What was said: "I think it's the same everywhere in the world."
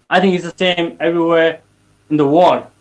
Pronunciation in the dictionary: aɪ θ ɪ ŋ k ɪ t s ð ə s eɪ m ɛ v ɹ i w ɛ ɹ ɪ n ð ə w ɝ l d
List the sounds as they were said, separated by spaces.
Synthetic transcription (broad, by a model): aɪ θ ɪ ŋ k ɪ t s ð ə s eɪ m ɛ v ɹ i w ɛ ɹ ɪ n ð ə w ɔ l